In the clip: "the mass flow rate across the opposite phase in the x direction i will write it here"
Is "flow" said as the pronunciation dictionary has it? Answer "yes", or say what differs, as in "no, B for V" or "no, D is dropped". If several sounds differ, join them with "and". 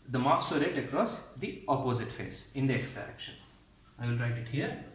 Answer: no, L is dropped